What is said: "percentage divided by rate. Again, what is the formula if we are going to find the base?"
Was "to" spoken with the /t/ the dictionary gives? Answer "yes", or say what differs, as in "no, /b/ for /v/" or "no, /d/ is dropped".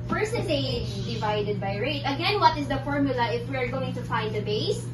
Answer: yes